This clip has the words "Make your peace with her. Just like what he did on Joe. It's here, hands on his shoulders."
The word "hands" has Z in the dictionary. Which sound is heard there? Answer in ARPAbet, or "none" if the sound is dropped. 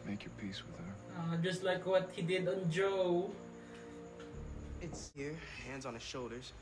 Z